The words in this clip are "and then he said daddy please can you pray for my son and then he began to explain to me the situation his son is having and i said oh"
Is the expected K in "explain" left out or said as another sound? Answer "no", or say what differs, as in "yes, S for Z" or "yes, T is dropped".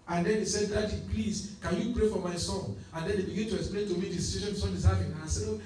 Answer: no